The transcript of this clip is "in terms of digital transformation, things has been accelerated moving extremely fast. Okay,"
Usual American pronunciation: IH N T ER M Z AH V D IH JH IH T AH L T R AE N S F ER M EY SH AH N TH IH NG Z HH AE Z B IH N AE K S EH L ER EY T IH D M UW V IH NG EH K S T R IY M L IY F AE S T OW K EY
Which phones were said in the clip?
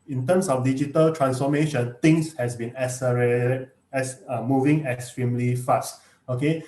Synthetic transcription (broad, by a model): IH N T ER M S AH F D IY JH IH T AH L T R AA N S F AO M EY SH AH N T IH NG S HH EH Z B IH N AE S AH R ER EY S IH M UW V IH NG EH K S T R IY M L IY F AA S T OW K EY